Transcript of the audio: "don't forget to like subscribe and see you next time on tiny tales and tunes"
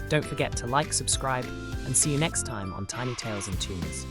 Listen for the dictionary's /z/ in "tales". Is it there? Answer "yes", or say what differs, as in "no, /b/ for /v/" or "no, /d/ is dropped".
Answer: yes